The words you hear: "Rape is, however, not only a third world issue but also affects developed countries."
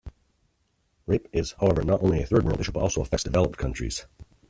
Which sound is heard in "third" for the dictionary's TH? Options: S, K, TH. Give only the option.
TH